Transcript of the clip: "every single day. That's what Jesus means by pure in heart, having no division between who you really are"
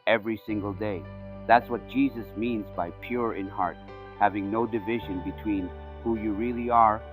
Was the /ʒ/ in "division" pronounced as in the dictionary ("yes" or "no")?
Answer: yes